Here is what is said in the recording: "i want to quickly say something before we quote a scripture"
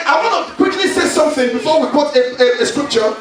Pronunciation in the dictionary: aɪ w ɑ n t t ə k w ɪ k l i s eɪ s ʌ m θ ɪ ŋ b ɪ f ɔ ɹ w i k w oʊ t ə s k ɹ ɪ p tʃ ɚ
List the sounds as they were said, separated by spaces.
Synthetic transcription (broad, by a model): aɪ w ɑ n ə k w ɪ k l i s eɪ s ʌ m θ ɪ ŋ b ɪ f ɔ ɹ w i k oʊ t ə s k ɹ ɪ p tʃ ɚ